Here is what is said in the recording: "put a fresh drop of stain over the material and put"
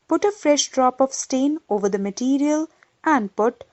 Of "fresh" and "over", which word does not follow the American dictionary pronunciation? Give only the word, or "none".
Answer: none